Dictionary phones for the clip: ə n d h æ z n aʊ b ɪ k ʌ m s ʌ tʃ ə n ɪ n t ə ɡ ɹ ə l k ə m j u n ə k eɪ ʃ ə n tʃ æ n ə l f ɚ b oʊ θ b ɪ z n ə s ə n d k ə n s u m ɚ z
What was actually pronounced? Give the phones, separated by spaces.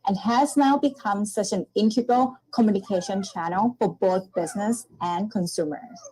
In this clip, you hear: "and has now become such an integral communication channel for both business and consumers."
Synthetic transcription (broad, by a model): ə n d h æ z n aʊ b ɪ k ʌ m s ʌ tʃ ə n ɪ n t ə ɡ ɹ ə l k ə m j u n ə k eɪ ʃ ə n tʃ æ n l f ɚ b oʊ θ b ɪ z n ə s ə n k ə n s u m ɚ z